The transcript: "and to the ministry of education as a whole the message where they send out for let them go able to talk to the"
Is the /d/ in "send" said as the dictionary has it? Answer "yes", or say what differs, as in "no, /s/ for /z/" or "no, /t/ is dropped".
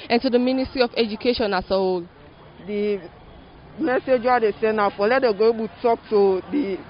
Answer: no, /d/ is dropped